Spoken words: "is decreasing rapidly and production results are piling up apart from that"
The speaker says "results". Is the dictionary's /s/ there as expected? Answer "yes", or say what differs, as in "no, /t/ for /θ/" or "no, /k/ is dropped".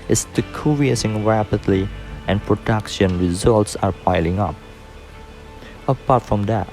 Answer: yes